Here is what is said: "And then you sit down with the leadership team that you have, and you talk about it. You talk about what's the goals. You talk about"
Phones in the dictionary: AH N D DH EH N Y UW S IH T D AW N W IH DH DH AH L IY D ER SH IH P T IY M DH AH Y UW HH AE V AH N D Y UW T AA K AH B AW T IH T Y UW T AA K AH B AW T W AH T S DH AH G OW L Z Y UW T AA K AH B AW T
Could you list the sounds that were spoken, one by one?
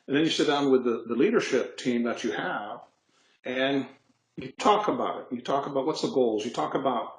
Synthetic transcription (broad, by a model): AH N DH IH N Y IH S IH T D AW N W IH DH DH AH L IY D ER SH IH P T IY M DH AH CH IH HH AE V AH N Y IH T AA K AH B AW T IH T Y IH T AA K AH B AW T W AH T S DH AH G OW L Z Y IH T AA K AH B AW T